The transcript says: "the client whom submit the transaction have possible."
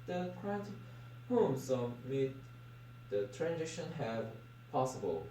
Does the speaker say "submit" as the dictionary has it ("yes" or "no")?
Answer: no